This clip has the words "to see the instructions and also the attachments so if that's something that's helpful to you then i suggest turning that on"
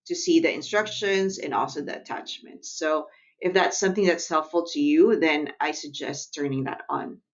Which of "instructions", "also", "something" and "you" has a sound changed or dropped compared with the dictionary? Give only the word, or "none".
none